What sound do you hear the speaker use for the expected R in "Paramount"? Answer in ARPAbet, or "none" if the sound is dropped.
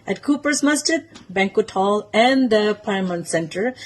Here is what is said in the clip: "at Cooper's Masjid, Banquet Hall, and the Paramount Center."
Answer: none